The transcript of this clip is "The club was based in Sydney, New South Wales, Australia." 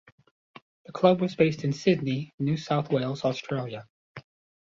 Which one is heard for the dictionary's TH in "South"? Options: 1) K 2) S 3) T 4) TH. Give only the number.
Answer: 4